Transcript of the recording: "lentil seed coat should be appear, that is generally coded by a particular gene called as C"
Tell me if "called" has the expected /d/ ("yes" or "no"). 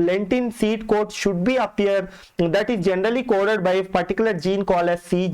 no